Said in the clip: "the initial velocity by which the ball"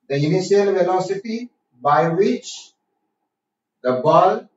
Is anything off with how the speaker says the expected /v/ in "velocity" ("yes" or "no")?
yes